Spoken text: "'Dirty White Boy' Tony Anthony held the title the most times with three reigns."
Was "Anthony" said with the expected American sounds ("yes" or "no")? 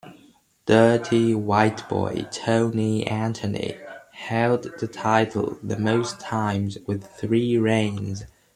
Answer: no